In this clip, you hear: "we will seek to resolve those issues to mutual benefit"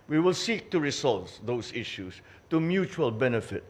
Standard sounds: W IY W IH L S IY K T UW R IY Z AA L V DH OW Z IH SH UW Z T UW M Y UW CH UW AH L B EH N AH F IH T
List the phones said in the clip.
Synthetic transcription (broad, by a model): W IY W IH L S IY K T UW R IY S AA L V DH OW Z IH SH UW S T UW M Y UW CH UW AH L B EH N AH F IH T